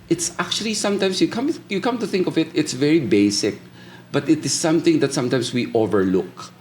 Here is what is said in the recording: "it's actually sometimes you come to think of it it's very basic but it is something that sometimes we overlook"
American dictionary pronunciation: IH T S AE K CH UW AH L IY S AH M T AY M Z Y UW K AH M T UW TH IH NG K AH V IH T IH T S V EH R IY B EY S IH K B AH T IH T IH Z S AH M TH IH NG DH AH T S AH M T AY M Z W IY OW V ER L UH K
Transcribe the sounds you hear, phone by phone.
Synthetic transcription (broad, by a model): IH T S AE K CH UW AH L IY S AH M T AY M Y Y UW K AH M T UW TH IH NG K AH V IH T IH T S V EH R IY B EY S IH K B AH T IH T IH S AH M TH IH NG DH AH T S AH M T AY M S W IY OW V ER L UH K